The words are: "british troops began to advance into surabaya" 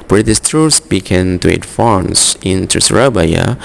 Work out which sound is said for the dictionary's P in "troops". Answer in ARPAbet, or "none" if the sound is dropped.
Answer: none